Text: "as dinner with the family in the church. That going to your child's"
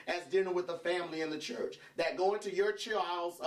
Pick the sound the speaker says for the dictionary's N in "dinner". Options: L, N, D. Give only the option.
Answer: L